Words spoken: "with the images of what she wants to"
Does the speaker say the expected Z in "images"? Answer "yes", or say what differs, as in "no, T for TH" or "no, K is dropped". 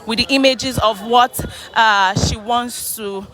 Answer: yes